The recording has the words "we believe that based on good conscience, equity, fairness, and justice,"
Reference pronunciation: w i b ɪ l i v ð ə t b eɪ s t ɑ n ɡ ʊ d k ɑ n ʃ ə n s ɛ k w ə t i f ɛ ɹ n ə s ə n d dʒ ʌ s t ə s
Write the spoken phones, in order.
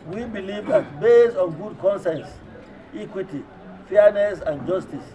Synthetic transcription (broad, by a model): w i b ɪ l i v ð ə t b eɪ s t ɑ n ɡ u d k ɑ n s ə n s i k w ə t i f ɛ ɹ n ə s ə n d dʒ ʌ s t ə s